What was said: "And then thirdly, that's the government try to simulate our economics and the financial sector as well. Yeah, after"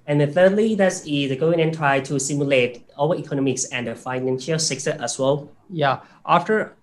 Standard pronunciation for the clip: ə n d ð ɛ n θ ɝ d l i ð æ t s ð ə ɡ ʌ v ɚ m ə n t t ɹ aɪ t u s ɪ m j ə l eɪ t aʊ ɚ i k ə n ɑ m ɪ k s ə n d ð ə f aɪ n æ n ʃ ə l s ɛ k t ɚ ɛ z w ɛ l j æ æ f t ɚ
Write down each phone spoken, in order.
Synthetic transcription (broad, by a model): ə n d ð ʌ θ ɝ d l i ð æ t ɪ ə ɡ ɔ ɚ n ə n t t ɹ aɪ t u s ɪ m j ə l eɪ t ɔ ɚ i k ə n ɑ m ɪ k s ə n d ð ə f aɪ n æ n ʃ ə l s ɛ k s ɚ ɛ s w ɛ l j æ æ f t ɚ